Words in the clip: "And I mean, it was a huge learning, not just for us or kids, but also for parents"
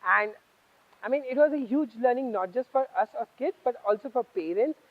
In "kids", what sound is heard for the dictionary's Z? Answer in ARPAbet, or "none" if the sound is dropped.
none